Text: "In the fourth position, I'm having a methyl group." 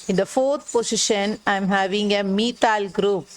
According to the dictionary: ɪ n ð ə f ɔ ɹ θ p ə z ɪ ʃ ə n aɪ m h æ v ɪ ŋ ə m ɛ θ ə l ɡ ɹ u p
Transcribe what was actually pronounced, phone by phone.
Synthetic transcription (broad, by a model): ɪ n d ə f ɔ ɹ t p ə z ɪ ʃ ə n aɪ m h æ v ɪ ŋ ə m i t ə l ɡ ɹ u p